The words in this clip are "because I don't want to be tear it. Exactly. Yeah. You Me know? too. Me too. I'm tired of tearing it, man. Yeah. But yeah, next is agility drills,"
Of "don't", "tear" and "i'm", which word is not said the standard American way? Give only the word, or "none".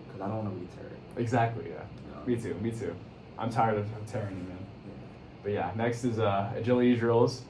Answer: none